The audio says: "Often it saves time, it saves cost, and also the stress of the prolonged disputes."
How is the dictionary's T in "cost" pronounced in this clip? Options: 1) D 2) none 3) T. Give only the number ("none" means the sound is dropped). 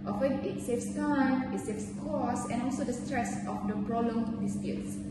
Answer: 2